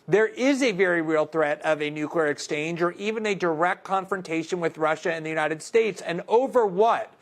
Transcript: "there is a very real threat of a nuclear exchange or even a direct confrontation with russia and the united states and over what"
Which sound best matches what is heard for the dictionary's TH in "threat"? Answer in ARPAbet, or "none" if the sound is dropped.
TH